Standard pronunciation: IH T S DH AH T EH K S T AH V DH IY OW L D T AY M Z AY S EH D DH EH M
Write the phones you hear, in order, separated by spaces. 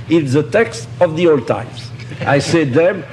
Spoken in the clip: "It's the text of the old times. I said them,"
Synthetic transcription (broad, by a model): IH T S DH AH T EH K S T AH V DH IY OW L D T AY M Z AY S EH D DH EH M